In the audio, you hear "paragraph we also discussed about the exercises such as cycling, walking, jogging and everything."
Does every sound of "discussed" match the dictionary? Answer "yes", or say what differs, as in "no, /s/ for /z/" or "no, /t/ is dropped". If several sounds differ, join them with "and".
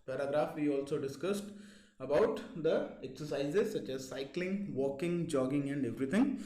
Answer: yes